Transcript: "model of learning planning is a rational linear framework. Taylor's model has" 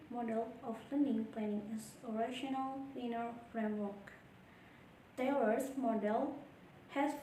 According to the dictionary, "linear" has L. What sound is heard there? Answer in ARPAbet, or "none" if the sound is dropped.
W